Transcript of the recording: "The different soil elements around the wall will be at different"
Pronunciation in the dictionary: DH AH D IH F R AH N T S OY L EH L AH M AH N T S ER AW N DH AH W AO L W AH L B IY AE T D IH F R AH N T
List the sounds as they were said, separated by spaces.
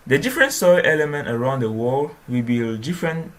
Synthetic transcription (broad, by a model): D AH D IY F R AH N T S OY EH L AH M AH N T ER AW N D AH W AO L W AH B IY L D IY F R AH N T